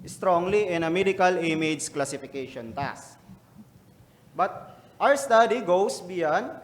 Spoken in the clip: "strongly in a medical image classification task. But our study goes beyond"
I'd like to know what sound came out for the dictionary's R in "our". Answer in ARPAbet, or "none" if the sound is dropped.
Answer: W